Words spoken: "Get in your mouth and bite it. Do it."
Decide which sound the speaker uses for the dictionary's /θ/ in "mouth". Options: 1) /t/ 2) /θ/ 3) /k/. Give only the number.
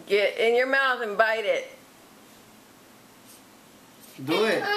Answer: 2